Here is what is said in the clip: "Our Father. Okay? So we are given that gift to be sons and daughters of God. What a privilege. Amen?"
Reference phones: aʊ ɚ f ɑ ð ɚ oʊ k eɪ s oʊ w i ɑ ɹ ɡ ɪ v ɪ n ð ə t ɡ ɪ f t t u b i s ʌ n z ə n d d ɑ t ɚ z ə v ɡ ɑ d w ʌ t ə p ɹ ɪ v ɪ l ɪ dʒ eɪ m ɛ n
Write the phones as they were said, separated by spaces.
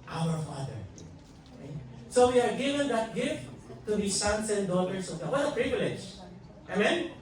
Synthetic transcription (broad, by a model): aʊ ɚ f ɑ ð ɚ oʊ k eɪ s oʊ w i ɑ ɹ ɡ ɪ v ɪ n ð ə t ɡ ɪ f t t u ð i s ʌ n s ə n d d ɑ t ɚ s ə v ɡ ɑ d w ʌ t ə p ɹ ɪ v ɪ l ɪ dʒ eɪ m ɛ n